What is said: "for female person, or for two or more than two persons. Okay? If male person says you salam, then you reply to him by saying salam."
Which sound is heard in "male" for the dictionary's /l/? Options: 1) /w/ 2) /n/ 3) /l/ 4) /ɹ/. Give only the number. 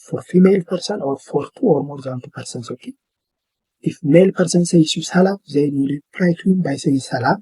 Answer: 3